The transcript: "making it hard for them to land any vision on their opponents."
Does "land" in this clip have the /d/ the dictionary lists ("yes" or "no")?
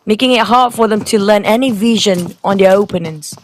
no